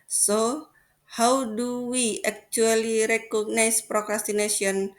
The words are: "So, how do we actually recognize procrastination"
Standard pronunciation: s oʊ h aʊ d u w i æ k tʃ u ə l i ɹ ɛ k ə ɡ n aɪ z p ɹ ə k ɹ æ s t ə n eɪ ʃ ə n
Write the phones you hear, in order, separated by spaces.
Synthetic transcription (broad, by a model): s oʊ h aʊ d u w i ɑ k tʃ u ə l i ɹ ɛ k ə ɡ n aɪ s p ɹ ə k ɹ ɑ s t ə n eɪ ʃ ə n